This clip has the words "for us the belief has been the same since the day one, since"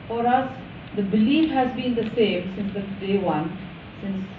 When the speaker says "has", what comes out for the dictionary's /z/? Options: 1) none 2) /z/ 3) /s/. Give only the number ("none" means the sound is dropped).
2